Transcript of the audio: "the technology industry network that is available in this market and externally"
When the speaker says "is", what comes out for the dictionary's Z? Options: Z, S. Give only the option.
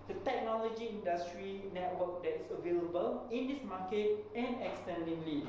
S